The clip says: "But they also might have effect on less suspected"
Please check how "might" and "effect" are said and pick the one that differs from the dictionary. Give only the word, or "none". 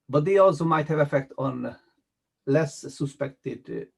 none